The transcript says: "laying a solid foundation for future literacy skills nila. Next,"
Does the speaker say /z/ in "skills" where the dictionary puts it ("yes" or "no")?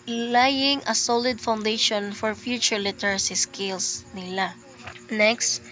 no